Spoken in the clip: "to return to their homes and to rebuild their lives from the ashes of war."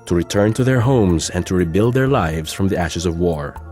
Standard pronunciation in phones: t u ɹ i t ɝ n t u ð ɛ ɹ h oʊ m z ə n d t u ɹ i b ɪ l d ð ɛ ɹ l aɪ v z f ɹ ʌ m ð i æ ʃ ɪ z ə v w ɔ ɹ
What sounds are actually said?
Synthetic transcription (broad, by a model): t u ɹ i t ɝ n t u ð ɛ ɹ h oʊ m z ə n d t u ɹ i b ɪ l d ð ɛ ɹ l aɪ v z f ɹ ʌ m ð i æ ʃ ɪ z ə v w ɔ ɹ